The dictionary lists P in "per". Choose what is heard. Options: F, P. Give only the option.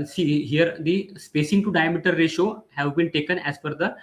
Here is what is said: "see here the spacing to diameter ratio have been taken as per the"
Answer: F